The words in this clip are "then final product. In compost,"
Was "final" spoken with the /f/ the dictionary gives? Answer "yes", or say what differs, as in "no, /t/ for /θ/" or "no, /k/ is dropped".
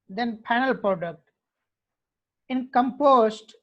no, /p/ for /f/